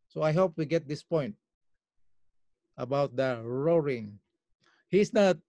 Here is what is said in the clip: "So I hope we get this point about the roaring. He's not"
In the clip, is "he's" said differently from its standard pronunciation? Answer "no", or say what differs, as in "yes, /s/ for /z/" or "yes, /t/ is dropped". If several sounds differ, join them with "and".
yes, /s/ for /z/